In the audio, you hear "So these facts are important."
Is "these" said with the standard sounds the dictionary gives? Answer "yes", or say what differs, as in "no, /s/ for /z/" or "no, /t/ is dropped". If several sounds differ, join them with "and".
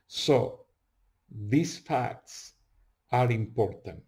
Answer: no, /s/ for /z/